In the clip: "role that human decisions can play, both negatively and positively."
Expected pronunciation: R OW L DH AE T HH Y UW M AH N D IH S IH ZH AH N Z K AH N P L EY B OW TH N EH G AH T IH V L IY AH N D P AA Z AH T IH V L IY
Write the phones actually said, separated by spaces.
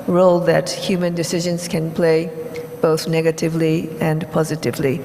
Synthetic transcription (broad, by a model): R OW L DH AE T HH Y UW M AH N D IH S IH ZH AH N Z K AH N P L EY B OW TH N EH G AH T IH V L IY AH N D P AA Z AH T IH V L IY